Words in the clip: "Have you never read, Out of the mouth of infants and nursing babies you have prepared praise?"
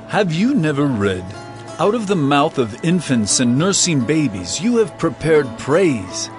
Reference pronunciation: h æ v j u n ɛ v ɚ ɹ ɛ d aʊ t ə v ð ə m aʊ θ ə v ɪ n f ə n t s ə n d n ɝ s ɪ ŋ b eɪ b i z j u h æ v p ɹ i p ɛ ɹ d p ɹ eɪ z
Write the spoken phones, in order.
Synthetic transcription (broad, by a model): h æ v j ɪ n ɛ v ɚ ɹ ɛ d aʊ t ə v ð ə m aʊ θ ə v ɪ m f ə n t s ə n n ɝ s ɪ ŋ b eɪ b i z j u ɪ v p ɹ i p ɛ ɹ d p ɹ eɪ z